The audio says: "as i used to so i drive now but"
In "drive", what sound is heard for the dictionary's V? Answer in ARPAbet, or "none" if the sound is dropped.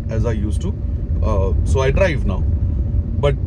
V